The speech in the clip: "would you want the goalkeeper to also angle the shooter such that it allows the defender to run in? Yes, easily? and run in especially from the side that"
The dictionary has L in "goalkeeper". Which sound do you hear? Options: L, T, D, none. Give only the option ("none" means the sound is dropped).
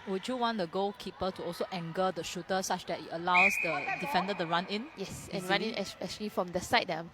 none